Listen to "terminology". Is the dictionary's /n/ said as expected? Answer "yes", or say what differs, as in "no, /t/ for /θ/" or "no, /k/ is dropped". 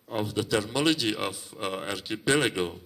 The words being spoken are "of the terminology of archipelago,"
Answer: no, /l/ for /n/